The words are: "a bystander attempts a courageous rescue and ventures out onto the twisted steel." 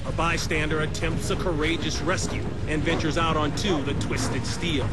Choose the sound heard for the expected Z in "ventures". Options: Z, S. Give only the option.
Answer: Z